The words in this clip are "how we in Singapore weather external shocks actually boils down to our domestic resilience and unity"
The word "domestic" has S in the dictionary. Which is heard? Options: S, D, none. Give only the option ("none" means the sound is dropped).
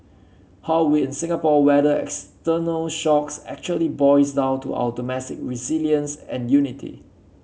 none